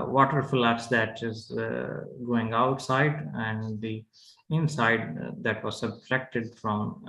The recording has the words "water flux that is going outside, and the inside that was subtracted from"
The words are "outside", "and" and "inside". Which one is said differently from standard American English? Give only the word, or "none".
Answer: none